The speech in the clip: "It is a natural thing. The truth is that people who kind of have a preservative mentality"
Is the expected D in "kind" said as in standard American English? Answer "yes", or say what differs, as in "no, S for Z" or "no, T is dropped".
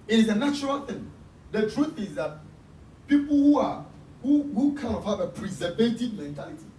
no, D is dropped